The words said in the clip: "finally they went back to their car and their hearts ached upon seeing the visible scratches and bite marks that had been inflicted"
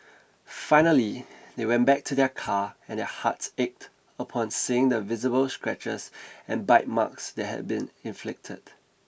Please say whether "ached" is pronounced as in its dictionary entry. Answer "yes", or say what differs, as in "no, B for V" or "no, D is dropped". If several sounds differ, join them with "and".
yes